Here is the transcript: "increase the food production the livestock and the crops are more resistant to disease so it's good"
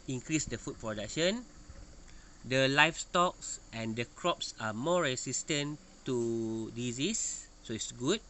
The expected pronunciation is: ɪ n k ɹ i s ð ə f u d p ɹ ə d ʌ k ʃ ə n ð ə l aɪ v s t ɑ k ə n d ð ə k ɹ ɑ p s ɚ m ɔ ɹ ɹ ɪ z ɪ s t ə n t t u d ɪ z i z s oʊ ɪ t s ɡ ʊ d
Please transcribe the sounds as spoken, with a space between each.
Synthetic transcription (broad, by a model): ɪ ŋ k ɹ i s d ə f u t p ɹ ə d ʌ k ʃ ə n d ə l aɪ f s t ɑ k ə n d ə k ɹ ɑ p s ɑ m ɔ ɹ ɹ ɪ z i s t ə n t t u d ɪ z i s s oʊ ɪ t s ɡ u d